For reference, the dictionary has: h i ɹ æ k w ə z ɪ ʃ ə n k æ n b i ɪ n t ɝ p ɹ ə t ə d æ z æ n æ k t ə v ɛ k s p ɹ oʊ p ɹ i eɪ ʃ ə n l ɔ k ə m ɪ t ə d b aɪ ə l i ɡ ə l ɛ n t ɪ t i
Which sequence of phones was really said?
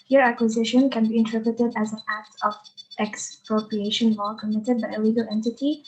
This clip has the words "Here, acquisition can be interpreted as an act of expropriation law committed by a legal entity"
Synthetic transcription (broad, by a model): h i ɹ æ k w ə z ɪ ʃ ə n k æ n b i ɪ n t ɝ p ɹ ə t ə d æ z æ n æ k t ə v ɛ k s p ɹ oʊ p ɹ i eɪ ʃ ə n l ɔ k ə m ɪ t ə d b aɪ ə l i ɡ ə l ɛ n t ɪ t i